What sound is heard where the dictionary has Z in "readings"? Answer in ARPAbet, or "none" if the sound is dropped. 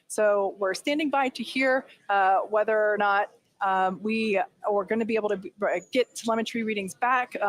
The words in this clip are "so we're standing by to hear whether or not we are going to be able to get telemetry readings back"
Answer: Z